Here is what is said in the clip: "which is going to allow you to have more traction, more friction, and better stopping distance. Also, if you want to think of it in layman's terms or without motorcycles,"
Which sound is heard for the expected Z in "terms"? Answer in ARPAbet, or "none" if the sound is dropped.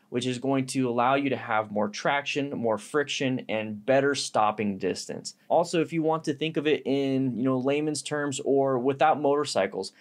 Z